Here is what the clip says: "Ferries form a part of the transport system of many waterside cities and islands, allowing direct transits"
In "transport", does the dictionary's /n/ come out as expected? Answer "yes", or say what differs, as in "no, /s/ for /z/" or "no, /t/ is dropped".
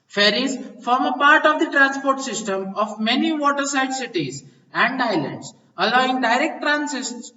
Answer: yes